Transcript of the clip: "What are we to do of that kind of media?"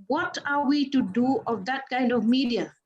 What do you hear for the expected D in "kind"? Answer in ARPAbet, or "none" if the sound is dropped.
D